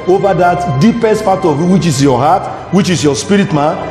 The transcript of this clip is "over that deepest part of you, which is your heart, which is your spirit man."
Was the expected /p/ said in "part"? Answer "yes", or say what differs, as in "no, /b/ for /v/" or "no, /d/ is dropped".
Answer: no, /f/ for /p/